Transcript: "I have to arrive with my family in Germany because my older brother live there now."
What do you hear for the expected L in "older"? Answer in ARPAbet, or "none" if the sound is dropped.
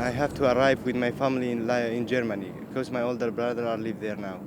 L